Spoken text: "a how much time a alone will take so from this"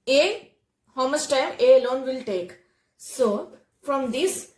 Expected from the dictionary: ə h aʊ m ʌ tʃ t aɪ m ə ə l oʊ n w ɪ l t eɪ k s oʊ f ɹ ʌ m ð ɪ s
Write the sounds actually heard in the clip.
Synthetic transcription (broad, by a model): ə h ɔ m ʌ s t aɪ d ə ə l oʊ n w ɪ l t eɪ k s oʊ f ɹ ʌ m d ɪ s